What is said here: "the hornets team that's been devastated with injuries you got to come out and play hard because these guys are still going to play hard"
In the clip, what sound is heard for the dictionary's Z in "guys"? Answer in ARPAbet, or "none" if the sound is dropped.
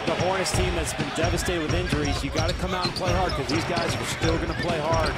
Z